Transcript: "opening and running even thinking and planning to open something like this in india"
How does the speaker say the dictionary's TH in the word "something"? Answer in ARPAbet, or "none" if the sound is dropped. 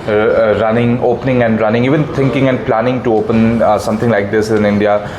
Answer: T